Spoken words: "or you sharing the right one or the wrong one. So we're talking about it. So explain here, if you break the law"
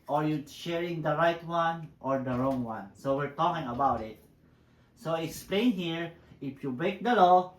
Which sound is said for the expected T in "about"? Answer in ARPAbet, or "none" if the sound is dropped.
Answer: T